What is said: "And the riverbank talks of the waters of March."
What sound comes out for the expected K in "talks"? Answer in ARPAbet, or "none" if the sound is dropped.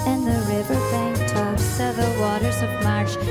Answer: none